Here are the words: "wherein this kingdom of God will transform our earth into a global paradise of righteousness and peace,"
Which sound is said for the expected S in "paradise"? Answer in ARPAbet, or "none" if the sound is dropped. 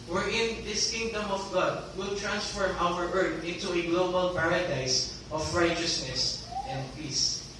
S